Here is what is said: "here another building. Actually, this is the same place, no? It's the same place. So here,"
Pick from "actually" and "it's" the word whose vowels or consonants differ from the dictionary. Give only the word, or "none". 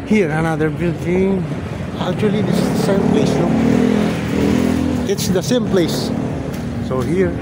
actually